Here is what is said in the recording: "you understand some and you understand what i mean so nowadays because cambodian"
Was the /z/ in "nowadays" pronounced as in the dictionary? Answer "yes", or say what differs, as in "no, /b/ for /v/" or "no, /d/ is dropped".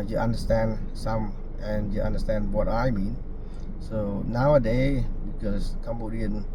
no, /z/ is dropped